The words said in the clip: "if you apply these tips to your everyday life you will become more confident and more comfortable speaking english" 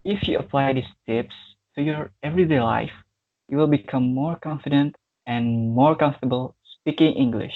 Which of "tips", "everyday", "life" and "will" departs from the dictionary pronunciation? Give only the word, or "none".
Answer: none